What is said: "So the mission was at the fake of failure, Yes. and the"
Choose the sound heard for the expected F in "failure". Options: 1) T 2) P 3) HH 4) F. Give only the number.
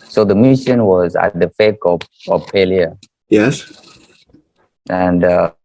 2